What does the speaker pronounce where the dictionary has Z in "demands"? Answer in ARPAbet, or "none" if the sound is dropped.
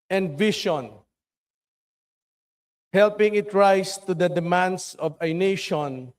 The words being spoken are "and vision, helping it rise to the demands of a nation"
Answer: S